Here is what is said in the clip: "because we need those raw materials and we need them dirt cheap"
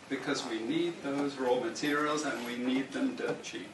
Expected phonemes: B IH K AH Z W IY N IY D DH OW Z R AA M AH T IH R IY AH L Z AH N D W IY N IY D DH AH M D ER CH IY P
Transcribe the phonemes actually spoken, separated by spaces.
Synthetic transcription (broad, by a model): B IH K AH Z W IY N IY D DH OW Z R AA M AH T IH R IY AH L Z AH N W IY N IY D DH AH M D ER CH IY